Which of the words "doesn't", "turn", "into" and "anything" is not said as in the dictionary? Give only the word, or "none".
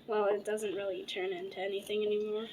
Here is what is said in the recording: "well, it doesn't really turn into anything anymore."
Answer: none